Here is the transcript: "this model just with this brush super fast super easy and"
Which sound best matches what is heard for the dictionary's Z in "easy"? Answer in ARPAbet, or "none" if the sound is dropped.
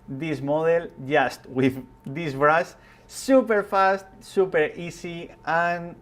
S